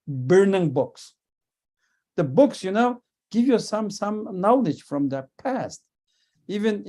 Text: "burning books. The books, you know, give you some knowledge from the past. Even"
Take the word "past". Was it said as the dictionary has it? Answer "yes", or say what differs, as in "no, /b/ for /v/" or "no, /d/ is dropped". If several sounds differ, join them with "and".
yes